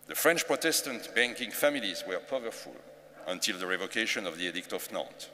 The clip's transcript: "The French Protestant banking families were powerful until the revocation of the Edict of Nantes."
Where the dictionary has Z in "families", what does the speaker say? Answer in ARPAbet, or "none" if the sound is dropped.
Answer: Z